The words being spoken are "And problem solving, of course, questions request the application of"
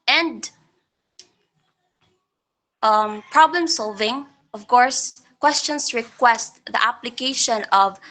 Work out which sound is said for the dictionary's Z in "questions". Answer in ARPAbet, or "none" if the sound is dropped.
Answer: S